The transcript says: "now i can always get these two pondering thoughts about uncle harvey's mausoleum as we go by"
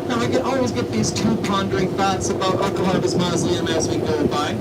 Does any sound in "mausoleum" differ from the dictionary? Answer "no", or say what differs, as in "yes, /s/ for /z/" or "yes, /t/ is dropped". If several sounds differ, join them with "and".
yes, /s/ is dropped